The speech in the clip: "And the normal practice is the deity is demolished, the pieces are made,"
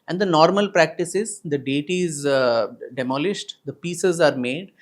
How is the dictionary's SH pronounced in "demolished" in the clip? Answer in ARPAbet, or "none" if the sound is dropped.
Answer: SH